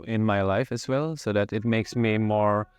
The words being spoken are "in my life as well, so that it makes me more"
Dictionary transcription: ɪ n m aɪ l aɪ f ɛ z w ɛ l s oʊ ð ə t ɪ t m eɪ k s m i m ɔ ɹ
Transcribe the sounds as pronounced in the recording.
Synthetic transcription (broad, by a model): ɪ n m aɪ l aɪ f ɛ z w ɛ l s oʊ ð ə t ɪ t m eɪ k s m i m ɔ ɹ